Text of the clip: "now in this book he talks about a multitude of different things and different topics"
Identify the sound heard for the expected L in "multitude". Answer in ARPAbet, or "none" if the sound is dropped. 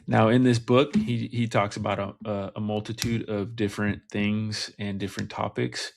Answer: L